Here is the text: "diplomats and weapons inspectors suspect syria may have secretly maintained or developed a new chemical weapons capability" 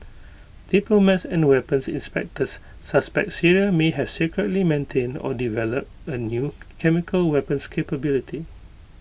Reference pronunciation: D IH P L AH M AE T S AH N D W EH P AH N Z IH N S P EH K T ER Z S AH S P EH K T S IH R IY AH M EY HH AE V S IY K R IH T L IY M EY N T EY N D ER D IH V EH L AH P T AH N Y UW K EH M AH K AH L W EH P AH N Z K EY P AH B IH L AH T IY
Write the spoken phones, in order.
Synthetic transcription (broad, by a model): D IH P L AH M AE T S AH N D W EH P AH N S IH N S P EH K T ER S AH S P EH K T S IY R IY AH M EY HH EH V S IY K R IH T L IY M EY N T EY N D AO D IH V EH L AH P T AH N Y UW K EH M AH K AH L W EH P AH N S K EY P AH B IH L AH T IY